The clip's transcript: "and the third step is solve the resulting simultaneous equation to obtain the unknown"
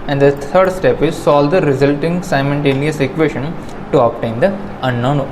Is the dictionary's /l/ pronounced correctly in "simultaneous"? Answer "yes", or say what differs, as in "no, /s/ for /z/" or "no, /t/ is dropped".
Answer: no, /n/ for /l/